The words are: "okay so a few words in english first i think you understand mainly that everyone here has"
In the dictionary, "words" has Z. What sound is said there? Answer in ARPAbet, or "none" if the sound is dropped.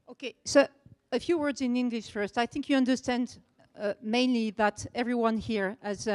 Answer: Z